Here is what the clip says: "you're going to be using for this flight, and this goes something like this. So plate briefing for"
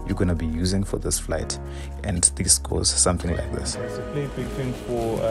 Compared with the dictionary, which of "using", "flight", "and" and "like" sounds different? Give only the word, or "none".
none